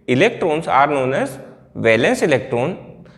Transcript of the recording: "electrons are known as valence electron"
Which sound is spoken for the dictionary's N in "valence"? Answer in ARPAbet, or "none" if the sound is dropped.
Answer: N